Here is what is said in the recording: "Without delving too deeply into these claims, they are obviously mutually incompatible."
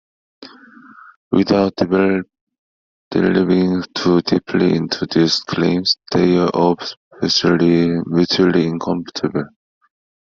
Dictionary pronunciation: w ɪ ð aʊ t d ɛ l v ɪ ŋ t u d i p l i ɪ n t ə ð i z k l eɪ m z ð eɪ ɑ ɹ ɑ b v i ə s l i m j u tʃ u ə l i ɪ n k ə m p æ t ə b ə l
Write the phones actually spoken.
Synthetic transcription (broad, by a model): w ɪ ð aʊ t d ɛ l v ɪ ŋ t u d i p l i ɪ n t ə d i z k l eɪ m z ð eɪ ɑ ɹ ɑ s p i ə l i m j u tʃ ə l i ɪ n k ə m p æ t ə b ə l